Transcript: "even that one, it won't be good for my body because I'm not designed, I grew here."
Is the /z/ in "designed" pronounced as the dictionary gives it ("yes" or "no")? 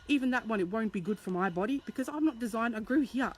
yes